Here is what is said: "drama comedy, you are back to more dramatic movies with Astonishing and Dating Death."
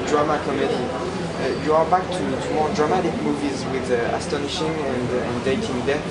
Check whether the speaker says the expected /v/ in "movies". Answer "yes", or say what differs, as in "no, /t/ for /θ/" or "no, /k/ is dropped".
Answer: yes